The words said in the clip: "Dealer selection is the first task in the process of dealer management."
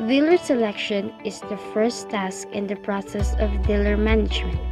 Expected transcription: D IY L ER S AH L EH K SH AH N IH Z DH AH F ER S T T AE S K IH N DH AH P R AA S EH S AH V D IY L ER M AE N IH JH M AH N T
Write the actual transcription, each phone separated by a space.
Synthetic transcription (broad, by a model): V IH L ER S AH L EH K SH AH N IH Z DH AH F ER S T T AE S K IH N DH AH P R AA S EH S AH V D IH L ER M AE N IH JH M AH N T